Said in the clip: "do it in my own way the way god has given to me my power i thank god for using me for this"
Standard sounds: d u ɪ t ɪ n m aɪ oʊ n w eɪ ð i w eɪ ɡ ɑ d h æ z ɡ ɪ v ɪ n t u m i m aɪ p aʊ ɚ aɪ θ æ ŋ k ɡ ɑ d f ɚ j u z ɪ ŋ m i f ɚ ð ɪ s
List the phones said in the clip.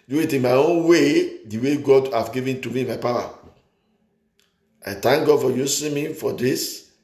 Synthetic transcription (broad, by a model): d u ɪ t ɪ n m aɪ oʊ n w eɪ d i w eɪ ɡ ɑ d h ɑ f ɡ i v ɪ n t u m i m aɪ p aʊ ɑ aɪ t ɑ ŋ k ɡ ɑ d f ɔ j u s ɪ m i f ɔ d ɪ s